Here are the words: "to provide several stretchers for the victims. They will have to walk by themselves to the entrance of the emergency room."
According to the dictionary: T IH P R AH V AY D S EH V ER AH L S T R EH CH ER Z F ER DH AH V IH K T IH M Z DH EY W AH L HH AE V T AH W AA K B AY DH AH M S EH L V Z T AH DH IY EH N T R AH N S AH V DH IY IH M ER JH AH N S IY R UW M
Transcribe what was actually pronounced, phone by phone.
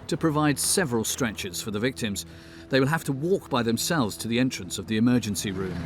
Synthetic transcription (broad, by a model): T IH P R AH V AY D S EH V ER AH L S T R EH CH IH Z F ER DH AH V IH K T IH M Z DH EY W AH L HH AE F T AH W AA K B AY DH AH M S EH L V Z T AH DH IY EH N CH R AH N S AH V DH IY IH M ER JH AH N S IY R UW M